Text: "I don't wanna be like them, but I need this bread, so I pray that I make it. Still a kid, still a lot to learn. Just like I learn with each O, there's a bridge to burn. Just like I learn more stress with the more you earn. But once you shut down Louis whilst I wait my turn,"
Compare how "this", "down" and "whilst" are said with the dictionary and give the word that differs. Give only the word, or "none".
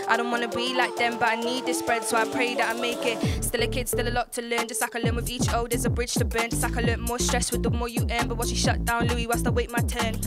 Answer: whilst